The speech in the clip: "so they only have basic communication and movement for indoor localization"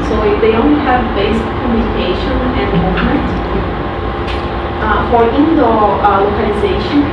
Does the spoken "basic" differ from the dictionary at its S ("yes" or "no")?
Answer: yes